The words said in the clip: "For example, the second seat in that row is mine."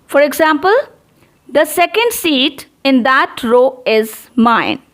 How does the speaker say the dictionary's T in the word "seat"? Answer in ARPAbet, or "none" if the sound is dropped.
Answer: T